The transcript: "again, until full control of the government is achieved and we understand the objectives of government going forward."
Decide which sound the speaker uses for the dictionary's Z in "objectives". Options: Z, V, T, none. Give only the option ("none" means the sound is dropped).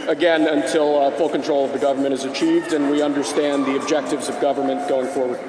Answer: Z